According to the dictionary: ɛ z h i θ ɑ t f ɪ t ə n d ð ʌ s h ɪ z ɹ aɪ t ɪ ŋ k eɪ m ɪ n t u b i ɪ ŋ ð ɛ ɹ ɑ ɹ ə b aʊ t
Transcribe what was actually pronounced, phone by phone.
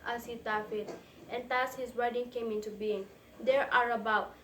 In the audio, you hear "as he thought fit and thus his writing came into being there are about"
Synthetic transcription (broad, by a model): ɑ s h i t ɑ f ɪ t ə n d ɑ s h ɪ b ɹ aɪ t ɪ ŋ k eɪ m ɪ n t u b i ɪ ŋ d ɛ ɹ ɑ ɹ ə b aʊ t